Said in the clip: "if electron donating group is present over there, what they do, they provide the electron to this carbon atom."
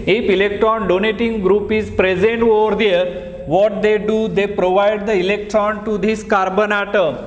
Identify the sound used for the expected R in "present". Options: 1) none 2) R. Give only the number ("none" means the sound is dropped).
2